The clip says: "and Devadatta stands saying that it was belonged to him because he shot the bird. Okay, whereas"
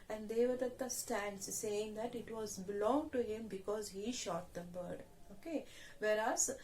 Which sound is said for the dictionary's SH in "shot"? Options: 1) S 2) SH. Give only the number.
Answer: 2